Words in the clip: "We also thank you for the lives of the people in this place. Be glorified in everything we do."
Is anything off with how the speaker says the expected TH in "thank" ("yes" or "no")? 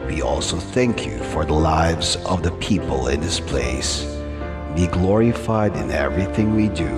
no